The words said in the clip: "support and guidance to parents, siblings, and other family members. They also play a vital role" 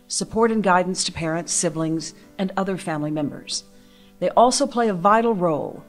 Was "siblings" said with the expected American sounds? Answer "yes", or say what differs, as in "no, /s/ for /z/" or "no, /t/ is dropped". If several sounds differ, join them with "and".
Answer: yes